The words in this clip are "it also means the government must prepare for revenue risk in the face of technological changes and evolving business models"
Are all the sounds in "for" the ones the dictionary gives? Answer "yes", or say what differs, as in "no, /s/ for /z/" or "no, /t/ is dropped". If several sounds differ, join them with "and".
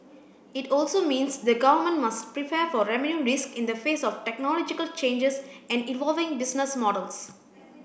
yes